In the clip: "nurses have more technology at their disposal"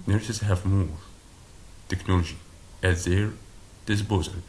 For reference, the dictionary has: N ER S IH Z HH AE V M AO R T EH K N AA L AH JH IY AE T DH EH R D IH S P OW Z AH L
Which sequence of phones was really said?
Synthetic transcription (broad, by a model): N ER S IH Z HH AE V M AO R T EH K N AA L AH JH IY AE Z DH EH R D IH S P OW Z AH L